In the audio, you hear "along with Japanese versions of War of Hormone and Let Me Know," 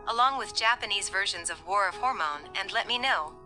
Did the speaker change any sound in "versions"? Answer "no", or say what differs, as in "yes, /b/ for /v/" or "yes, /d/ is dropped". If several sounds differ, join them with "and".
no